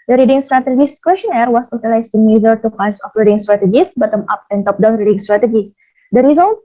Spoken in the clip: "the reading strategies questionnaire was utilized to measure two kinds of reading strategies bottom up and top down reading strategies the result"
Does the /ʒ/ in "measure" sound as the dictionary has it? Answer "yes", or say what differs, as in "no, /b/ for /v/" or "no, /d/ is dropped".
no, /z/ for /ʒ/